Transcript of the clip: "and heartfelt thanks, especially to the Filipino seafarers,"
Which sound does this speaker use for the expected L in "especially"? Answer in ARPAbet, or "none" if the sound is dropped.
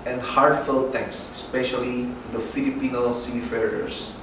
none